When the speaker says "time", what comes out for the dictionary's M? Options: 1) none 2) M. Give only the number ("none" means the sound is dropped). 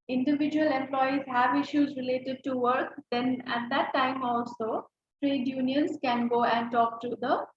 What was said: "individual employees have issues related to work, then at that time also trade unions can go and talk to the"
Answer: 2